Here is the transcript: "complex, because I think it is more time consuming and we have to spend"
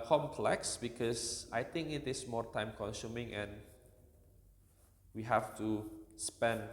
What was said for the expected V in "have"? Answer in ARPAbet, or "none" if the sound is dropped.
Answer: F